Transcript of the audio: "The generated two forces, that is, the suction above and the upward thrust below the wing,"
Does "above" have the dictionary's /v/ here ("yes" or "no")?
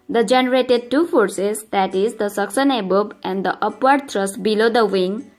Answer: no